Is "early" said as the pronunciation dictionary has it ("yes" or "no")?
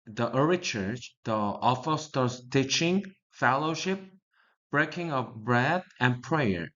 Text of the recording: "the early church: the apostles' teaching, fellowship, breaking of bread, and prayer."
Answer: no